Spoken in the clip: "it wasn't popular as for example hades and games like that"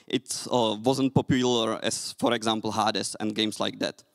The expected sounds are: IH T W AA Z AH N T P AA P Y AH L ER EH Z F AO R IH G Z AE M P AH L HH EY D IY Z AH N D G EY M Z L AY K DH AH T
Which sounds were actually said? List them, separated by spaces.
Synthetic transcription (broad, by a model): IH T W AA Z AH N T P AA P Y AH L ER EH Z F AO R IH G Z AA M P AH L HH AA D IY S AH N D G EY M S L AY K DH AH T